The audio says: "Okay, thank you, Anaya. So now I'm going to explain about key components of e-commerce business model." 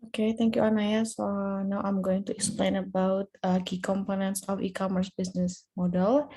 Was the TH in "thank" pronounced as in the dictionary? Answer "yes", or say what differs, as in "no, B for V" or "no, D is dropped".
no, T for TH